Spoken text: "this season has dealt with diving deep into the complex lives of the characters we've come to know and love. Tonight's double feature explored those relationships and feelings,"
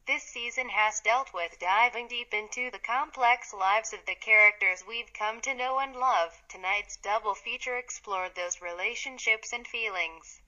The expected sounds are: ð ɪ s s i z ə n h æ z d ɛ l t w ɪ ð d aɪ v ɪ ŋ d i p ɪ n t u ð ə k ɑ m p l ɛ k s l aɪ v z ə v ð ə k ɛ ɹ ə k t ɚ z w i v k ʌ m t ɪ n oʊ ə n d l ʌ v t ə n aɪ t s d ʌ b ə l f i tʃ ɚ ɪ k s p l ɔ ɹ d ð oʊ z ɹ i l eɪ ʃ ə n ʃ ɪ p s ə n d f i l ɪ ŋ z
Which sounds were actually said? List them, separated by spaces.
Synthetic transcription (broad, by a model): ð ɪ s s i z ə n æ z d ɛ l t w ɪ ð d aɪ v ɪ ŋ d i p ɪ n t u ð ə k ɑ m p l ɛ k s l aɪ v z ə v ð ə k ɛ ɹ ə k t ɚ z w i v k ʌ m t ɪ n oʊ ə n l ʌ v t ə n aɪ t s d ʌ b l f i tʃ ɚ ɪ k s p l ɔ ɹ d ð oʊ z ɹ i l eɪ ʃ ə n ʃ ɪ p s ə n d f i l ɪ ŋ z